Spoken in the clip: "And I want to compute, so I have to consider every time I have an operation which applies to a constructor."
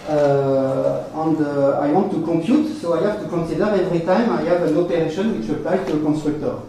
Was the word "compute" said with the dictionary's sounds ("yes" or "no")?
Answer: yes